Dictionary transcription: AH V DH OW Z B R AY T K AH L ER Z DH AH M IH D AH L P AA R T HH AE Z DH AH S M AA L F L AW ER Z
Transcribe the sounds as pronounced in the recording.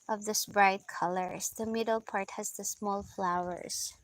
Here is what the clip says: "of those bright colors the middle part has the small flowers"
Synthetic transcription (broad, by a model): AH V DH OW S B R AY T K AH L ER S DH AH M IH D AH L P AA R T HH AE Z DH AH S M AA L F L AW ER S